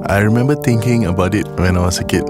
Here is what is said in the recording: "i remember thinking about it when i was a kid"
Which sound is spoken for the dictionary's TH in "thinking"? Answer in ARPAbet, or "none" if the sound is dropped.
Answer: T